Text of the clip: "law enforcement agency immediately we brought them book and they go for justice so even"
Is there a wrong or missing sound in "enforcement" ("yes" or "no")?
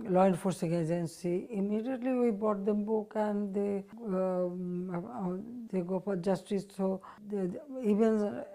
yes